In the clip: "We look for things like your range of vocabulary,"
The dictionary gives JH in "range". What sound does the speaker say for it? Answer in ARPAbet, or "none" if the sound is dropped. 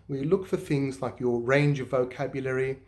JH